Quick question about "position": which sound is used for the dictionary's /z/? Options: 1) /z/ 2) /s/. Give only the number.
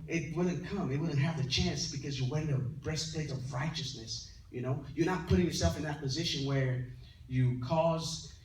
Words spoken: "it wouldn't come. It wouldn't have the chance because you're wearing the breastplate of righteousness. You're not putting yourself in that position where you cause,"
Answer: 1